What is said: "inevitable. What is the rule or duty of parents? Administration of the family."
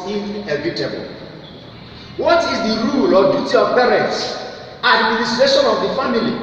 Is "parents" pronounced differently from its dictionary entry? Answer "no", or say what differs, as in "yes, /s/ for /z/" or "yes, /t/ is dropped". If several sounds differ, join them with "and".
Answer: yes, /s/ is dropped